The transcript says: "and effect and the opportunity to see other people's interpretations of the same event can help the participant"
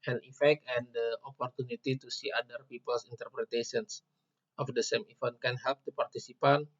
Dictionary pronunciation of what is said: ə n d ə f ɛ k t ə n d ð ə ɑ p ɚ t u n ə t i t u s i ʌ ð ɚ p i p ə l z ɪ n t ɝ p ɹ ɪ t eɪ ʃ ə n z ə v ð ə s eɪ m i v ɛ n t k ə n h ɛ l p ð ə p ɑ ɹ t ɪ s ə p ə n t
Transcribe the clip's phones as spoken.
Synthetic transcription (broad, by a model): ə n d ə f ɛ k t ə n d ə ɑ p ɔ t u n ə t i t u s i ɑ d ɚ p i p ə l s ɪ n t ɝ p ɹ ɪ t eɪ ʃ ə n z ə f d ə s eɪ m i f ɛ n k ə n h ɛ l p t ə p ɑ ɹ t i s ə p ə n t